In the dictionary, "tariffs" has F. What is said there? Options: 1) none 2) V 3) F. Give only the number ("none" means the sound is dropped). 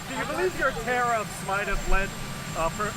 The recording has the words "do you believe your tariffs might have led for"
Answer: 1